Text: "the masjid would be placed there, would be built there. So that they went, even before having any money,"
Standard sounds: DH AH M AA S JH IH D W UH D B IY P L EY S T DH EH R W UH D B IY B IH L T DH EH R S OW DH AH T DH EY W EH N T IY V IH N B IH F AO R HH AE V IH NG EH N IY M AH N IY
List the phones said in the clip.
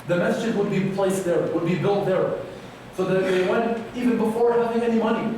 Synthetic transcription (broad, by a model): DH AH M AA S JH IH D W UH D B IY P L EY S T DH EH R W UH D B IY B IH L T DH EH R S OW DH AH T DH EY W EH N T IY V IH N B IH F AO R HH AE V IH NG EH N IY M AH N IY